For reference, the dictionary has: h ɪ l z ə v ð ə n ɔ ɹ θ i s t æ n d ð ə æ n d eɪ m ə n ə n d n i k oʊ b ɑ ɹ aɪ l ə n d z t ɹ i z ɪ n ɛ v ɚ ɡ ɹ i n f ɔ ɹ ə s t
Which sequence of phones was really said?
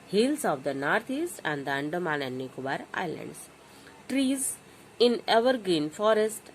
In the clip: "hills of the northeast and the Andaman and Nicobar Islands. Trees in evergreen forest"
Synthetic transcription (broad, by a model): h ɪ l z ə v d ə n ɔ ɹ t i s t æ n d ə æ n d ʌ m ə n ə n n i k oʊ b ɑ ɹ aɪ l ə n d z t ɹ i z ɪ n ɛ v ɚ ɡ ɹ i n f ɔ ɹ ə s t